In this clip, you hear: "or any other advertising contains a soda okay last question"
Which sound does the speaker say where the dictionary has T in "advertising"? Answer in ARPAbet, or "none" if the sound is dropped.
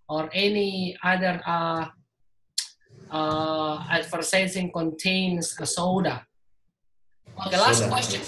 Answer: S